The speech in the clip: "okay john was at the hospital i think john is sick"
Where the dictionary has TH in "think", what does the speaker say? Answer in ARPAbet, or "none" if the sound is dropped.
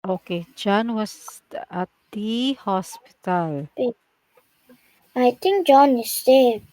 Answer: T